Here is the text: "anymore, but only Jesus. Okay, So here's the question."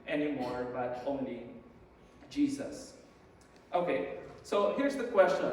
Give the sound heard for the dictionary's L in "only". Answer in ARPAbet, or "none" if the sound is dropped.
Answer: none